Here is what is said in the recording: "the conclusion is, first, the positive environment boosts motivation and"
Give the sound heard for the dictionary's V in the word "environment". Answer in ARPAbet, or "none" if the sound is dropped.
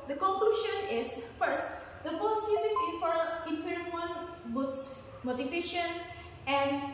F